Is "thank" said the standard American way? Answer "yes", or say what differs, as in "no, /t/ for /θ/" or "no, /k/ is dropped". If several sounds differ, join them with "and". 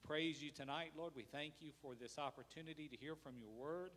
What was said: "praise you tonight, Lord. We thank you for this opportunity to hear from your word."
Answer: yes